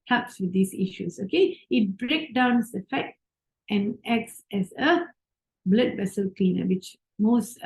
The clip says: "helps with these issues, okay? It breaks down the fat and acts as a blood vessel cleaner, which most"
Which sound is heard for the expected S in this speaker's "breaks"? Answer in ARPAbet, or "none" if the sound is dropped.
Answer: none